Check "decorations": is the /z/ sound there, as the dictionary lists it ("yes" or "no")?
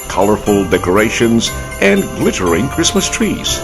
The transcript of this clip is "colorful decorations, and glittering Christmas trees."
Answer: yes